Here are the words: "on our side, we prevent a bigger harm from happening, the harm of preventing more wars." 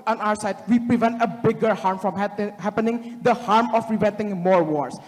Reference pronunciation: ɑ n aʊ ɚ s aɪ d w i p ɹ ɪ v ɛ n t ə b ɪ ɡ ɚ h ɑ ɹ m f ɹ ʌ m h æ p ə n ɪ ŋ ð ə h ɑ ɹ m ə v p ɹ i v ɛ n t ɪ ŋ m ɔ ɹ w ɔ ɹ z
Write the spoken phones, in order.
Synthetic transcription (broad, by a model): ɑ n aʊ ɚ s aɪ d w i p ɹ ɪ v ɛ n t ə b ɪ ɡ ɚ h ɑ ɹ m f ɹ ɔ m h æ p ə n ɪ ŋ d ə h ɑ ɹ m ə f ɹ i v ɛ n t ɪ ŋ m ɔ ɹ w ɔ ɹ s